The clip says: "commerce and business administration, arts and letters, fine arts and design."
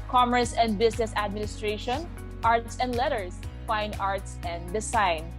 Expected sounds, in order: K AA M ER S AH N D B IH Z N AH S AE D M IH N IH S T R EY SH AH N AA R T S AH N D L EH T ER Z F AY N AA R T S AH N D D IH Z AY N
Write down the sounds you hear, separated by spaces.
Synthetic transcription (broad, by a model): K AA M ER S AH N D B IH S N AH S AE D M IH N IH S T R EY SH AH N AA R T S AH N D L EH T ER S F AY N AA R T S AH N D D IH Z AY N